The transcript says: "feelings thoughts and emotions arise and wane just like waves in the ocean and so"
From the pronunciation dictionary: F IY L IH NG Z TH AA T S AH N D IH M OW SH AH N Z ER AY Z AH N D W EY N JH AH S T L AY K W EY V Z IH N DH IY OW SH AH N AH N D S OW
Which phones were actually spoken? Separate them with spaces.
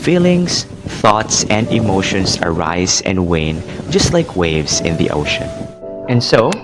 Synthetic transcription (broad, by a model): F IY L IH NG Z TH AA T S AH N D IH M OW SH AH N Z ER AY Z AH N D W EY N JH AH S T L AY K W EY V Z IH N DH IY OW SH AH N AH N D S OW